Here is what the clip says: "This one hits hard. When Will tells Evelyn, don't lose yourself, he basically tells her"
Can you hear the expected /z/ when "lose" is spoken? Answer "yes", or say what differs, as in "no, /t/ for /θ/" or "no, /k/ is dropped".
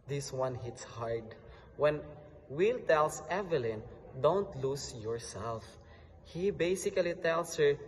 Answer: no, /s/ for /z/